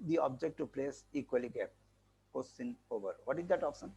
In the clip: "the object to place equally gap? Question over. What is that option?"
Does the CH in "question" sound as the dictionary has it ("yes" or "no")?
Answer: no